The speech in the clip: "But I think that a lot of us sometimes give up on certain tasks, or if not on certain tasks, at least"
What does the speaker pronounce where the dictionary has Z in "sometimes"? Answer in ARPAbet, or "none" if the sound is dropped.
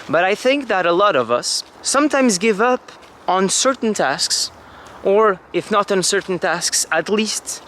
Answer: Z